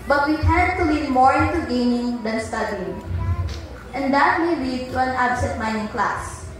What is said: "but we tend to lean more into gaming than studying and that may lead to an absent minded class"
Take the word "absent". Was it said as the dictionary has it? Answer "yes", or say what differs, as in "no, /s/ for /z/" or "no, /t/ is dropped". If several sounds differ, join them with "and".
no, /n/ is dropped